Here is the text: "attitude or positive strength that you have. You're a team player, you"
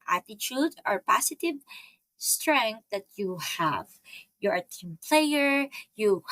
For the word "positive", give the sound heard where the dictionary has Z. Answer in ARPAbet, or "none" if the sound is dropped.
S